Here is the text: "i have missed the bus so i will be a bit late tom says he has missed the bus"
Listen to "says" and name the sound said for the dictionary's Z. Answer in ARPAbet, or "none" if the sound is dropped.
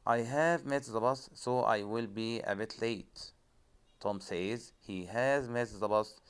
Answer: Z